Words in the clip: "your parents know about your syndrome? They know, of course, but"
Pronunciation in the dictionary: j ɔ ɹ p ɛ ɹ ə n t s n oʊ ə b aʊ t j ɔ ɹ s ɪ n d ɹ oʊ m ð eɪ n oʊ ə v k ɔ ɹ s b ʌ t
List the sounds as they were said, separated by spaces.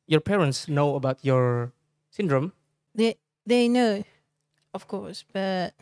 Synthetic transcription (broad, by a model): j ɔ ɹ p ɛ ɹ ə n t s n oʊ ə b aʊ t j ɔ ɹ s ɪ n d ɹ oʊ m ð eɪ n oʊ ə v k ɔ ɹ s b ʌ t